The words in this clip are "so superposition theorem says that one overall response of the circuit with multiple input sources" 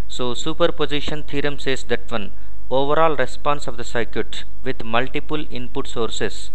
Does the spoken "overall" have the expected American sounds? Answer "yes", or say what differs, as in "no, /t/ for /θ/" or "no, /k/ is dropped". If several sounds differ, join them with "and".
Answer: yes